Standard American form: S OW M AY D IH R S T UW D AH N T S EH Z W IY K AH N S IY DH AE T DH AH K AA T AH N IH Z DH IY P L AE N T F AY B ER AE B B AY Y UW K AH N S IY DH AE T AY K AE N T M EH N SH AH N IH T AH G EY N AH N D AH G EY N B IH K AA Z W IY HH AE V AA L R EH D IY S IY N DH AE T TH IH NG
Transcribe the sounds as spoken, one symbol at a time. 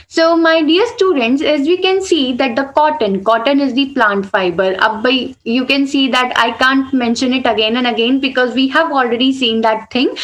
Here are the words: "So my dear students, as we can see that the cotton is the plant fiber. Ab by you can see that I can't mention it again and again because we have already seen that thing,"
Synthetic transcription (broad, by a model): S OW M AY D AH R S T UW D AH N T S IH Z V IY K AH N S IY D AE T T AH K AA T AH N IH Z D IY P L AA N T F AY B ER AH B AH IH Y UW K AH N S IY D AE T AY K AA N T M EH N SH AH N IH T AH G EY N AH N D AH G EY N B IH K AA Z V IY HH AE V AA L R EH D IY S IY N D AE T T IH NG